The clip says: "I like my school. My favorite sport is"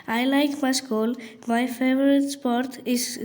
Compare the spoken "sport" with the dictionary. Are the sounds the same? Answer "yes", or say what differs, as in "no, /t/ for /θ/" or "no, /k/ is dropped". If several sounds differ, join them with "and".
yes